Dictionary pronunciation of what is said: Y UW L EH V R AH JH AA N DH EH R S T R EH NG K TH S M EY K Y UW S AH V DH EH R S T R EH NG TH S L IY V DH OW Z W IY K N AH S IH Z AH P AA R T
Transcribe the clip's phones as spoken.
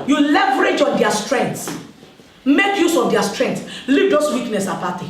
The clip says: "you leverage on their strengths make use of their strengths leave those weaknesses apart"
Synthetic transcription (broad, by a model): Y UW L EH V R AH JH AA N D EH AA S T R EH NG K T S M EY K Y UW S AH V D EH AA S T R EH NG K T L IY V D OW S W IY K N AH S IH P AA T